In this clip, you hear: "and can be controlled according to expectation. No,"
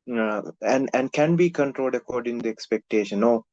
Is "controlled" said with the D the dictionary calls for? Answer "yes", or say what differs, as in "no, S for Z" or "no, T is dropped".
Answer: yes